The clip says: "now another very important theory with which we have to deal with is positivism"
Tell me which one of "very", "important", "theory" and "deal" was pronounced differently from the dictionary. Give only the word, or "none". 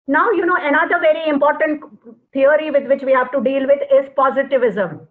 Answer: theory